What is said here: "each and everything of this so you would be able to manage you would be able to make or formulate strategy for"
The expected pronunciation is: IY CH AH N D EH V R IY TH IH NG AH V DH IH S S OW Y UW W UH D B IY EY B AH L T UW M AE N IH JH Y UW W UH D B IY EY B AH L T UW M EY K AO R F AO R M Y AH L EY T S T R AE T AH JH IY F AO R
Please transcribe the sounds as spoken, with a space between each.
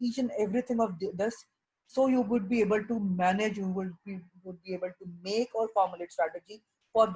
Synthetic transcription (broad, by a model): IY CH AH N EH V R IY T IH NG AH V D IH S S OW Y UW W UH D B IY EY B AH L T UW M AE N IH JH Y UW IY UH D B IY EY B AH L T UW M EY K AO R F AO R M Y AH L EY T S T R AE T AH JH IY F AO R